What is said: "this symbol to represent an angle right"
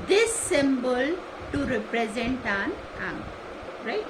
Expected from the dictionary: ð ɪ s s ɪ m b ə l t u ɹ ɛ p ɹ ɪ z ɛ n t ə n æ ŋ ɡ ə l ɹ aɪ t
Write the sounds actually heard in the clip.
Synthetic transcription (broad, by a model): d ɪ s s ɪ m b ə l t u ɹ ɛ p ɹ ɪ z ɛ n t ə n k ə n ɹ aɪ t